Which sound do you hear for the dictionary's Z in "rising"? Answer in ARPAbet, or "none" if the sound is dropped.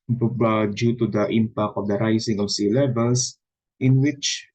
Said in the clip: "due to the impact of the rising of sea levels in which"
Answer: S